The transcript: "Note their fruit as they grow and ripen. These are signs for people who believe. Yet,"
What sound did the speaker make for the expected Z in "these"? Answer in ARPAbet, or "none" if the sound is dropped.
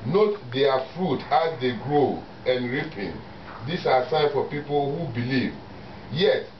S